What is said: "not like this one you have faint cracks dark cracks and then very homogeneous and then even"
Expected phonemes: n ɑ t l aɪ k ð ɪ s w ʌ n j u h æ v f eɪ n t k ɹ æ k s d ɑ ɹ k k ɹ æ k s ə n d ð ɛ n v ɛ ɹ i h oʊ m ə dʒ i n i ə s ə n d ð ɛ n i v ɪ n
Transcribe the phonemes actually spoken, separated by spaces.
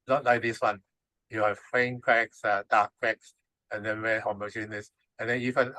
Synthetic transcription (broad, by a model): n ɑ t l aɪ k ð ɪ s w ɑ n j u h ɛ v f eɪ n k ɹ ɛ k s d ɑ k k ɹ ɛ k s ə n d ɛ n w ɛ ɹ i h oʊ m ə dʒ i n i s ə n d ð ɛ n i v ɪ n